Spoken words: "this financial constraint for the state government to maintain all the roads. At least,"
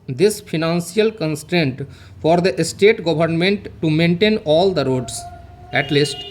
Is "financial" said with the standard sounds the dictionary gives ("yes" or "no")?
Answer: no